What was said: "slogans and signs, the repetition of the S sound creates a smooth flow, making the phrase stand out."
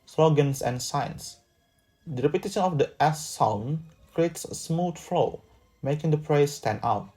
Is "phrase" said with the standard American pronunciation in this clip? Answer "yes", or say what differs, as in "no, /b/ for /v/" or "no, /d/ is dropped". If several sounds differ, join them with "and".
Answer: no, /p/ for /f/